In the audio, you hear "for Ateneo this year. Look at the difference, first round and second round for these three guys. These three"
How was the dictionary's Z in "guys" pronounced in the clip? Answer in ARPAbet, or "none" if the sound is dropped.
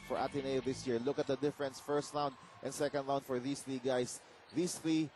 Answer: S